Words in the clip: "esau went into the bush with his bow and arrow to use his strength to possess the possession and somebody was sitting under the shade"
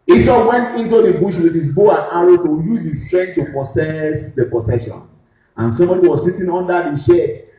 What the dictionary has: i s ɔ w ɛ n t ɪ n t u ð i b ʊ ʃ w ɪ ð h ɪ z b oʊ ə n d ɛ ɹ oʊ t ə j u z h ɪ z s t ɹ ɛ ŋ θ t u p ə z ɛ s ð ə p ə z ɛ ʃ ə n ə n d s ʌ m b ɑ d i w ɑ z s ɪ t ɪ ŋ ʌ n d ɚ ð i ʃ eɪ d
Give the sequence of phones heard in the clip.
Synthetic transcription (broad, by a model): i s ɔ w ɛ n t ɪ n t u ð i b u ʃ w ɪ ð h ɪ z b oʊ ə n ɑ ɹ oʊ t ə j u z h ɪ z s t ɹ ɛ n t u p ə s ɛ s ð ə p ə s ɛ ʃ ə n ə n s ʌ m b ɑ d i w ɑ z s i t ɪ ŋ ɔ n d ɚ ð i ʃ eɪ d